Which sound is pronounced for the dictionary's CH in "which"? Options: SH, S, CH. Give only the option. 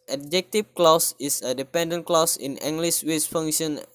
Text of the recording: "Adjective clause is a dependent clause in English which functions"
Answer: S